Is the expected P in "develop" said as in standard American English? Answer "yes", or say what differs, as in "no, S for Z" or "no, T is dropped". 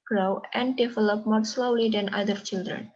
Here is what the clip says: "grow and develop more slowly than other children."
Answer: yes